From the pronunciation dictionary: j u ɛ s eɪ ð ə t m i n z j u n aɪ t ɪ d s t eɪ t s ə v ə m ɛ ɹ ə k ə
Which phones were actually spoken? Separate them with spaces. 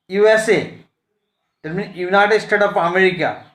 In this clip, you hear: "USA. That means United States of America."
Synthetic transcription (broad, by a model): j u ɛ s eɪ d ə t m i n j u n aɪ t ɪ d s t eɪ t ə p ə m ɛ ɹ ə k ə